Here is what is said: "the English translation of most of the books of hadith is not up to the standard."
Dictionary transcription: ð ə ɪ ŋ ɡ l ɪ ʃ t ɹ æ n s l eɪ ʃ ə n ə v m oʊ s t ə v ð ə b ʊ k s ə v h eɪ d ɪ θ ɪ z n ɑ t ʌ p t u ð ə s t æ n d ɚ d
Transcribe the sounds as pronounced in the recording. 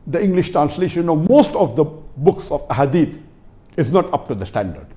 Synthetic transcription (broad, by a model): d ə ɪ ŋ ɡ l ɪ ʃ t ɹ æ n s l eɪ ʃ ə n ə m oʊ s t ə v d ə b ʊ k s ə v h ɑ d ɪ t ɪ z n ɑ t ʌ p t u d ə s t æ n d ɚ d